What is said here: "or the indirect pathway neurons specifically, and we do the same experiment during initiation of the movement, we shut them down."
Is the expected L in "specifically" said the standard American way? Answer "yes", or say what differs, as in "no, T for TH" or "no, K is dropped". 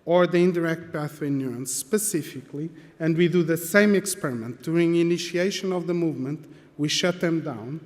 yes